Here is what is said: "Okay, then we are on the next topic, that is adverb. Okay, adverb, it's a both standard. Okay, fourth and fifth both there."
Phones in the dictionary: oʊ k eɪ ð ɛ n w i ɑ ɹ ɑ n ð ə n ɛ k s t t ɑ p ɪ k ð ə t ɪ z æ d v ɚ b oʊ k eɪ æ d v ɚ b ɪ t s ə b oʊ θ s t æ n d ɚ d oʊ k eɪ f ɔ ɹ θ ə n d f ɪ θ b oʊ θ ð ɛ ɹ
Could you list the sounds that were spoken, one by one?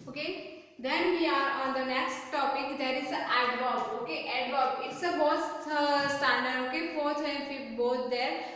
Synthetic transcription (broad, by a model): oʊ k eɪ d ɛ n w i ɑ ɹ ɑ n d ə n ɛ k s t t ɑ p ɪ k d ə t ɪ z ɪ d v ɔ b oʊ k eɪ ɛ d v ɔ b ɪ t s ə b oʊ t s t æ n d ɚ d oʊ k eɪ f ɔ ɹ t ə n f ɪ f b oʊ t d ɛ ɹ